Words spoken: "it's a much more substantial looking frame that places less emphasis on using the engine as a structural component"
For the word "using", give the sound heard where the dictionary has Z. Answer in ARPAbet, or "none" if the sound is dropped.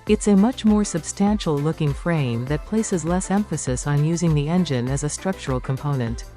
Z